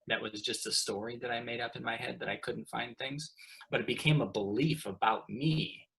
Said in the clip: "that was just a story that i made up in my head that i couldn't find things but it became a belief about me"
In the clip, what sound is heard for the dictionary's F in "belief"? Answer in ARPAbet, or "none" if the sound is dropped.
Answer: F